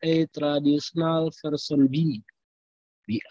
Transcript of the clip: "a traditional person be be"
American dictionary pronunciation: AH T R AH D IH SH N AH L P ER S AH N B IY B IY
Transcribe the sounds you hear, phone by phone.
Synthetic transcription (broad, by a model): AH T R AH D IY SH N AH L F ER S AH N B IY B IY